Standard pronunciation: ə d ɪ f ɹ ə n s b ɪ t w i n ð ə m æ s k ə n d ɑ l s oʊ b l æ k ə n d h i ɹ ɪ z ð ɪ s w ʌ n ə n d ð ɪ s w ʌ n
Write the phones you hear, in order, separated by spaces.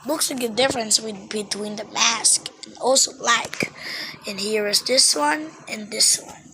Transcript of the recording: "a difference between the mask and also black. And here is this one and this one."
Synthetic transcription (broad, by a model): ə d ɪ f ɹ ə n s b ɪ t w i n ð ə m æ s k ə n ɑ l s oʊ l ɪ k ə n h i ɹ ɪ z ð ɪ s w ʌ n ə n ð ɪ s w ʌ n